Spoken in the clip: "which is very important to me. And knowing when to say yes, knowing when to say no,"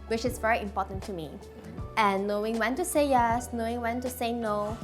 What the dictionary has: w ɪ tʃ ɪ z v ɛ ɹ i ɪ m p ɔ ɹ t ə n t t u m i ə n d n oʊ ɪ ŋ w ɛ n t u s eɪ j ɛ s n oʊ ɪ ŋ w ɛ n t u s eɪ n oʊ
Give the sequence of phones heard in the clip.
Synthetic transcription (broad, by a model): w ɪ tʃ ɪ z v ɛ ɹ i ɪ m p ɔ t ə n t t u m i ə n n oʊ ɪ ŋ w ɛ n t u s eɪ j ɛ s n oʊ ɪ ŋ w ɛ n t u s eɪ n oʊ